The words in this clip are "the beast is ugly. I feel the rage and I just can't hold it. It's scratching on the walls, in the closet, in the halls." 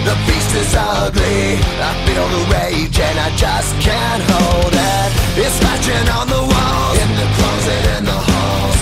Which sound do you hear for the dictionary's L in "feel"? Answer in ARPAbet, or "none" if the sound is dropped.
N